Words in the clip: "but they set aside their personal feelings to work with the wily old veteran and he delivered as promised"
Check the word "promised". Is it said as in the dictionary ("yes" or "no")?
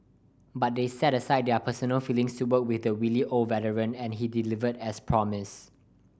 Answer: no